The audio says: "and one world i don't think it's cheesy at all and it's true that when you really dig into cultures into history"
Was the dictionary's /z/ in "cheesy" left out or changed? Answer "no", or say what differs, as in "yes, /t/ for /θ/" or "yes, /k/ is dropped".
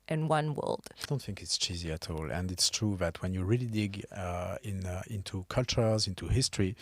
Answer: no